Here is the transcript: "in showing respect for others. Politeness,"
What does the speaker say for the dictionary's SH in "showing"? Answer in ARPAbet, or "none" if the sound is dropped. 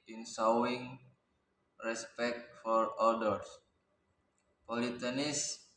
S